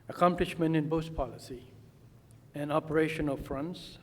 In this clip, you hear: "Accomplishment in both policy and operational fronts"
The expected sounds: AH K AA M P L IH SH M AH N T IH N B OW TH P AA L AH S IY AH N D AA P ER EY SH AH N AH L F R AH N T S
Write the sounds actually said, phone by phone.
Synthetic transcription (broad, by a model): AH K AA M P L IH SH M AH N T IH N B OW S P AA L AH S IY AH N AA P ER EY SH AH N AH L F R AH N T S